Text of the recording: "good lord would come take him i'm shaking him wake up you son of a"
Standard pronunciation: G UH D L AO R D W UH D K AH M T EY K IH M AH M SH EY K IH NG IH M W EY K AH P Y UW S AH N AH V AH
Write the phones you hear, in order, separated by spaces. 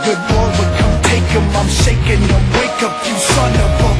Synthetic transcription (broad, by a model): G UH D W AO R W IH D K AH M T EY K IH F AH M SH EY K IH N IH W EY K AH P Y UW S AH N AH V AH